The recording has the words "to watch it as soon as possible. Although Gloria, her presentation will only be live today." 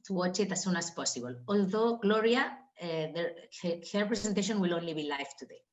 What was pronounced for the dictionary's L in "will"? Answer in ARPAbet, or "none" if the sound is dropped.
L